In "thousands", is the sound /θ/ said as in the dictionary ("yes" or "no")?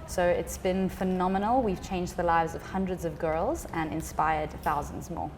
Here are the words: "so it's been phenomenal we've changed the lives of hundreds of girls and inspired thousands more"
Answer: yes